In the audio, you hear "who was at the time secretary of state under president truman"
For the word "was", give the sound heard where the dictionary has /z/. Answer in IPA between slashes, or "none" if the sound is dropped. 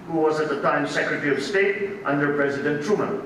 /z/